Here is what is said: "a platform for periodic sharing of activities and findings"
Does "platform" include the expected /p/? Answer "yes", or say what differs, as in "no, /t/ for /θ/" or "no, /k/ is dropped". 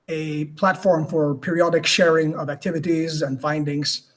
yes